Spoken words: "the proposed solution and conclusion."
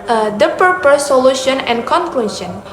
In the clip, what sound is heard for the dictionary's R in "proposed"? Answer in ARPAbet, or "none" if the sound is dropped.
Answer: none